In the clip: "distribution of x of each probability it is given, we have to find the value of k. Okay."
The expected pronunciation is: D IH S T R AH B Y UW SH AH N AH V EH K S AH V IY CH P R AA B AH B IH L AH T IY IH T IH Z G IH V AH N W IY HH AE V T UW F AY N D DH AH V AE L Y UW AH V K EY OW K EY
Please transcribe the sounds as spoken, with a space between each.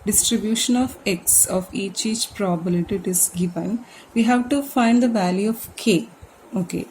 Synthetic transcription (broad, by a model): D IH S T R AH B Y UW SH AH N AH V EH K S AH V IY CH P R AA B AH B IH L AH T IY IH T IH Z G IH V AH N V IY HH AE V T UW F AY N D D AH V AE L Y UW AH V K EY OW K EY